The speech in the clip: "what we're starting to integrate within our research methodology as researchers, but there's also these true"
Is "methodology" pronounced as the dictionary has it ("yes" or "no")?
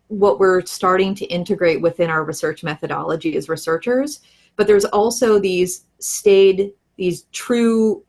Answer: yes